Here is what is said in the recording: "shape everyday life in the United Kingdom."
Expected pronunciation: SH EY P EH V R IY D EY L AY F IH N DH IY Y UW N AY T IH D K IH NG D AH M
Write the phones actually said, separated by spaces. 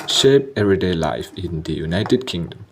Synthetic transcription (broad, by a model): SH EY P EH R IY D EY L AY F IH N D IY Y UW N AY T IH D K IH NG D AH M